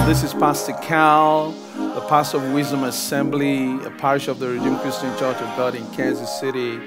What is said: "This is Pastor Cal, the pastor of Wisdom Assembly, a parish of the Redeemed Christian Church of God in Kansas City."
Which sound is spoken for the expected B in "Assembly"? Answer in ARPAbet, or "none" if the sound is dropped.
B